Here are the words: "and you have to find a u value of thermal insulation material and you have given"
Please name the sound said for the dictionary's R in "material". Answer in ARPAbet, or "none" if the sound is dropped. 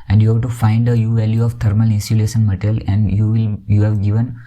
L